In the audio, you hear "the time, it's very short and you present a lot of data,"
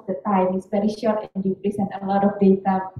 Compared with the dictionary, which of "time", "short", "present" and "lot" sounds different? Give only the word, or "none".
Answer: present